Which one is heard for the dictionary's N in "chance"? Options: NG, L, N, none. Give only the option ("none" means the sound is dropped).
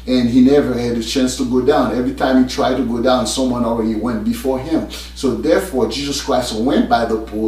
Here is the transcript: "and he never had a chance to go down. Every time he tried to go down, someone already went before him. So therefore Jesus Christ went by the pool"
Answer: N